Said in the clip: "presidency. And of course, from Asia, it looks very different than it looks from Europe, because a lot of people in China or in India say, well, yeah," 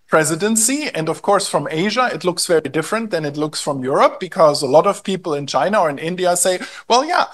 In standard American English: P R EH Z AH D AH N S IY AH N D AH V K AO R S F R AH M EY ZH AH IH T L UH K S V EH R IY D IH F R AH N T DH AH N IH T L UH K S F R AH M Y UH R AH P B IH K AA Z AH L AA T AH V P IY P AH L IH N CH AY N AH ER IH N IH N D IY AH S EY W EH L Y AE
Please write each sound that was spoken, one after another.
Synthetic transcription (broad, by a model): P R EH Z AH D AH N S IY AH N D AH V K AO R S F R AH M EY ZH AH IH T L UH K S V EH R IY D IH F R AH N T DH AH N IH T L UH K S F R AH M Y UH R AH P B IH K AA Z AH L AA T AH V P IY P L IH N CH AY N AH ER IH N IH N D IY AH S EY W EH L Y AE